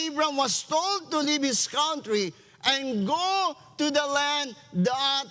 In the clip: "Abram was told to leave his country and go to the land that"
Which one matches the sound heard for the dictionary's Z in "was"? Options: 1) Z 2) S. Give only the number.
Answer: 2